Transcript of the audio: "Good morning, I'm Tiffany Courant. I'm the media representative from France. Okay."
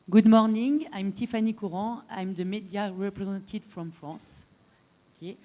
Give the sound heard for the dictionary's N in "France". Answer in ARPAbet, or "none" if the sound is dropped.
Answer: none